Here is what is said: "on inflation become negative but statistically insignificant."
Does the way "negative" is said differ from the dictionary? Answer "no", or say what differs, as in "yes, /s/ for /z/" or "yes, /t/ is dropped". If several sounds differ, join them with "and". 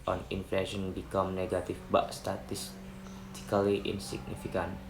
yes, /f/ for /v/